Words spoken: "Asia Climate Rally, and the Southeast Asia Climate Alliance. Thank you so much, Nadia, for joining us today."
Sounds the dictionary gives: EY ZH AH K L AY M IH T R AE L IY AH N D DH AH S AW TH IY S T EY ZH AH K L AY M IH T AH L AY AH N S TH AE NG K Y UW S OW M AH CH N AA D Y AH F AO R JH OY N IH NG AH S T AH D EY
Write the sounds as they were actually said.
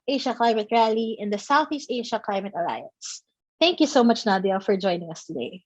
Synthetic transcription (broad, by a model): EY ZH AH K L AY M IH T R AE L IY AH N D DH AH S AW TH IY S T EY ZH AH K L AY M IH T AH L AY AH N S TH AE NG K Y UW S OW M AH CH N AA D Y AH F AO R JH OY N IH NG AH S T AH D EY